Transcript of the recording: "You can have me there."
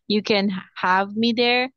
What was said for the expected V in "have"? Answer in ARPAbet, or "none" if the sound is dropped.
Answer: V